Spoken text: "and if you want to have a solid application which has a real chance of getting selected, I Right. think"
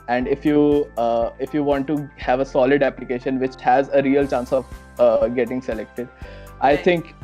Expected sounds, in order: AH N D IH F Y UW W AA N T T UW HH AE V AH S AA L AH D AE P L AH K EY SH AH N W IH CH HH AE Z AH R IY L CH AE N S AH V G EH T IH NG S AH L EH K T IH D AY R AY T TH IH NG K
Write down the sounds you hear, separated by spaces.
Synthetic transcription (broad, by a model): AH N D IH F Y UW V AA N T T UW HH AE V AH S AA L AH D AE P L AH K EY SH AH N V IH CH HH AE Z AH R IY L CH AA N S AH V G EH T IH NG S AH L EH K T IH D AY AY T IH NG K